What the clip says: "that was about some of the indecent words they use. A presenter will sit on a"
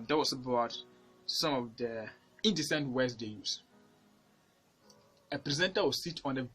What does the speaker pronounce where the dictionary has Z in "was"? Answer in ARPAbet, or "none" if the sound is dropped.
S